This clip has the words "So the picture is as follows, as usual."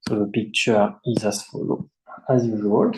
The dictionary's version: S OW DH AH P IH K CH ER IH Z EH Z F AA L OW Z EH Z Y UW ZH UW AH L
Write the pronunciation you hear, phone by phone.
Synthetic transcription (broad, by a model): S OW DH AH P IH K CH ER IH Z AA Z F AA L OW EH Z Y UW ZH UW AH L